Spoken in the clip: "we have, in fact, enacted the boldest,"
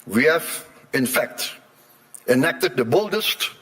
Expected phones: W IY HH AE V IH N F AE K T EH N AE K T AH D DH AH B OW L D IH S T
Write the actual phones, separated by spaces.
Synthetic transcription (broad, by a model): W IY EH F IH N F AE K T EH N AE K T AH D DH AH B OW L D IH S T